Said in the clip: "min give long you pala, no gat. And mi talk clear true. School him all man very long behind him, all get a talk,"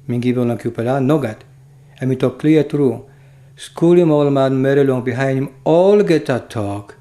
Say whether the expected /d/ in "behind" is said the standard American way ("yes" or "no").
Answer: no